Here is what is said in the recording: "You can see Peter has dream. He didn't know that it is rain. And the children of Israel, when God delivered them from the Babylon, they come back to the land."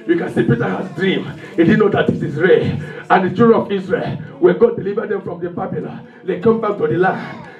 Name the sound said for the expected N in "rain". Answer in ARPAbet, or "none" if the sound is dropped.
none